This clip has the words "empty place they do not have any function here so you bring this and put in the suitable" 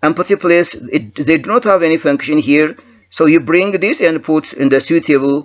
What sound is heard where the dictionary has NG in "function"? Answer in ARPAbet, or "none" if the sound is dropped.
NG